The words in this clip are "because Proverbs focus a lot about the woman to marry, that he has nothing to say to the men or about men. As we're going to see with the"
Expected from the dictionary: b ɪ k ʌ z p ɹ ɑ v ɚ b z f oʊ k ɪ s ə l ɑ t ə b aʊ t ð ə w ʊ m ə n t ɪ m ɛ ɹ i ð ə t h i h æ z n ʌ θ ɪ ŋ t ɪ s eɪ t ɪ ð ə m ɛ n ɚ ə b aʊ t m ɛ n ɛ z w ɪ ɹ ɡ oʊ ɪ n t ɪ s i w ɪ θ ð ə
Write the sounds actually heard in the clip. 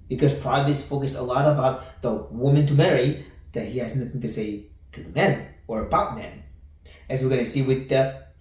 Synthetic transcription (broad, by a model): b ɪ k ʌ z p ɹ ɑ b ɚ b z f oʊ k ɪ s ə l ɑ t ə b aʊ t ð ə w ʊ m ə n t ɪ m ɛ ɹ i ð ə t h i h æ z n ʌ θ ɪ ŋ t ɪ s eɪ t ɪ ð ə m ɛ n ɚ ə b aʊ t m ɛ n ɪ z w ɪ ɹ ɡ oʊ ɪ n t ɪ s i w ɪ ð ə